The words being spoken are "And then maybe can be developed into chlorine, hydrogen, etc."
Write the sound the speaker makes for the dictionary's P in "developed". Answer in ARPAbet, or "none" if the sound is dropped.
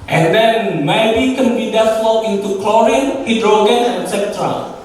none